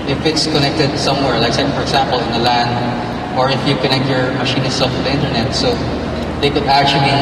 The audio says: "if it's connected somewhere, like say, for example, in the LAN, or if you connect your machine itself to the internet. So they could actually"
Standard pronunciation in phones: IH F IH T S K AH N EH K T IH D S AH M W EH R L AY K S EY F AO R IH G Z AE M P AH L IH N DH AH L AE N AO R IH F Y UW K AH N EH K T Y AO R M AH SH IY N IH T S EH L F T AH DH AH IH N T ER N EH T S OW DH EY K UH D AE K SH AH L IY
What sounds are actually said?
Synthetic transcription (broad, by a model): IH F IH T S K AH N EH K T IH D S AH M W EH R L AY K S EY F AO R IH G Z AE M P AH L IH N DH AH L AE N AO R IH F Y UW K AH N EH K T Y AO R M AH SH IY N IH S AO F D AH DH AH IH N T ER N EH T S OW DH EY K UH D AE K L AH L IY